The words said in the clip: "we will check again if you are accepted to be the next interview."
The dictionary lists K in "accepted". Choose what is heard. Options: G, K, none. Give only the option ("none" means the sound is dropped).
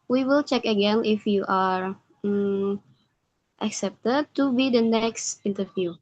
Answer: K